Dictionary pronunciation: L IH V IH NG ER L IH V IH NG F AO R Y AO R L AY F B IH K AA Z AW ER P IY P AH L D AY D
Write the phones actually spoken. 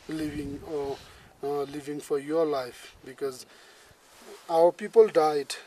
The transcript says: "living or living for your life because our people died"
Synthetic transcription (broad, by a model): L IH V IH NG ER L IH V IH NG F AO R Y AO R L AY F B IH K AA Z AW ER P IY P AH L D AY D